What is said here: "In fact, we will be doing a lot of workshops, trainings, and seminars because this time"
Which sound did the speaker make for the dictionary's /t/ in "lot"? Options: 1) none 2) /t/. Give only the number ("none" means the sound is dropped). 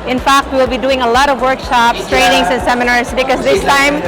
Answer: 2